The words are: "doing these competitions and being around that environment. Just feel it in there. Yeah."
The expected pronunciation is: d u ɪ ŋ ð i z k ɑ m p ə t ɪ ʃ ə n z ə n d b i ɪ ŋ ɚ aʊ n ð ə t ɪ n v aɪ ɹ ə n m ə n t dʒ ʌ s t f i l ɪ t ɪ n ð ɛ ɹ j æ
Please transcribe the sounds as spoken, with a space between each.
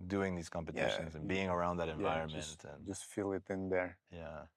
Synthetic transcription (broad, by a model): d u ɪ ŋ ð i z k ɑ m p ə t ɪ ʃ ə n z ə n b i ɪ ŋ ɚ aʊ n ð ə t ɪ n v aɪ ɹ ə n m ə n t dʒ ʌ s t f i l ɪ t ɪ n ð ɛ ɹ j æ